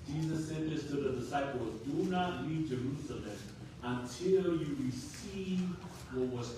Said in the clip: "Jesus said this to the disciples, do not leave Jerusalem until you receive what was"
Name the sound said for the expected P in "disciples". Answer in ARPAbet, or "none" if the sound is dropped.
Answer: P